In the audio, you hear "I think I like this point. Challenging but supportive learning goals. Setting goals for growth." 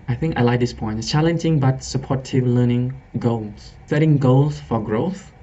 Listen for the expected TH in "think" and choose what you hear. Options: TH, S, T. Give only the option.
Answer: TH